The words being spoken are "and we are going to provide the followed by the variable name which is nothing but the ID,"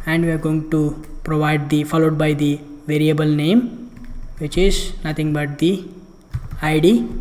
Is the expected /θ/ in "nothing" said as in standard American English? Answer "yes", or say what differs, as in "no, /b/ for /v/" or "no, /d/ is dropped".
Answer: no, /t/ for /θ/